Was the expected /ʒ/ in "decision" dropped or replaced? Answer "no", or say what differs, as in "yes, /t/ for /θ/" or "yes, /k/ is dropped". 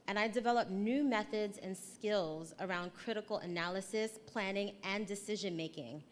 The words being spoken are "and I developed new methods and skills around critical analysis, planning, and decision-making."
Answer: no